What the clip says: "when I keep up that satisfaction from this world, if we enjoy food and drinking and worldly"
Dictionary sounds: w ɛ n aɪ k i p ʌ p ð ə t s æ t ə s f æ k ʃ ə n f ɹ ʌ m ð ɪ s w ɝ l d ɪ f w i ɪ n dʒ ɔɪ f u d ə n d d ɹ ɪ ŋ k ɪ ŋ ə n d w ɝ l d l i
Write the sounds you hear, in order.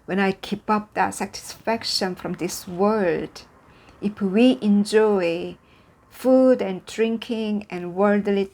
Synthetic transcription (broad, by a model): w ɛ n aɪ k i p ʌ p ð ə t s æ t ə s f æ k ʃ ə n f ɹ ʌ m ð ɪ s w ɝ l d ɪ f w i ɪ n dʒ ɔɪ f u d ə n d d ɹ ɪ ŋ k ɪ ŋ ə n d w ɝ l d l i